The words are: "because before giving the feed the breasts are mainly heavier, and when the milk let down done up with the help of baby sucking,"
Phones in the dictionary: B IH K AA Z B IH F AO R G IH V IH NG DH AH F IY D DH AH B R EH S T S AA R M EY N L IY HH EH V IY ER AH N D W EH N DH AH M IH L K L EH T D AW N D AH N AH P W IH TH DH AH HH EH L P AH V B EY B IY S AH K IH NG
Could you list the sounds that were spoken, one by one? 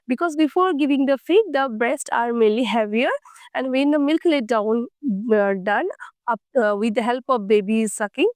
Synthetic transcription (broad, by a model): B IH K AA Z B IH F AO R G IH V IH NG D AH F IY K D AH B R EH S T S AA R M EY L IY HH EH V IY ER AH N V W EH N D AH M IH L K L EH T D AW N D AH N AH P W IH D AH HH EH L P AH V B EY B IY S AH K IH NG